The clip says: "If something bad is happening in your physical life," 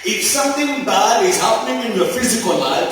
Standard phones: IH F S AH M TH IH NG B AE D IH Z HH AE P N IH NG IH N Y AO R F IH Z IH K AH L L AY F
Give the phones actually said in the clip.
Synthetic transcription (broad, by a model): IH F S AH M T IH NG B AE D IH Z HH AE P N IH NG IH N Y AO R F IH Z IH K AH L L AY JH